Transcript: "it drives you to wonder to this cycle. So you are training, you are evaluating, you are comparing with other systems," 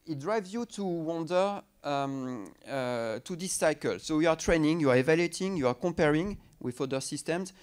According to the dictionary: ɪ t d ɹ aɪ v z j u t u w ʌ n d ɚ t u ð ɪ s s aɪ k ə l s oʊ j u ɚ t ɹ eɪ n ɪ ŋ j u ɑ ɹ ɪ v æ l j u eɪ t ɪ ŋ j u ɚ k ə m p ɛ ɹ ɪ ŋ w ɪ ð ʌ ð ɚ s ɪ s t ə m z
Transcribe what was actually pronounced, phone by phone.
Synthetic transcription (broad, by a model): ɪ t d ɹ aɪ v z j u t u w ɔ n d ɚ t u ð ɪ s s aɪ k ə l s oʊ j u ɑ t ɹ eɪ n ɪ ŋ j u ɑ ɹ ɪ v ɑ l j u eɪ t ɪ ŋ j u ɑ k ə m p ɛ ɹ ɪ ŋ w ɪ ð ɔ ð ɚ s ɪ s t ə m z